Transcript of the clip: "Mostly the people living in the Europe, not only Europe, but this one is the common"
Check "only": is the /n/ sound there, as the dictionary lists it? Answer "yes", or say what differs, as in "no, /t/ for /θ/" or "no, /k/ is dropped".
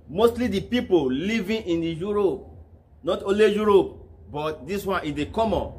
no, /n/ is dropped